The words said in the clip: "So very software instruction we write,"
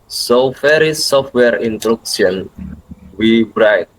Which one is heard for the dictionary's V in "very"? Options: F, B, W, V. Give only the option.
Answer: F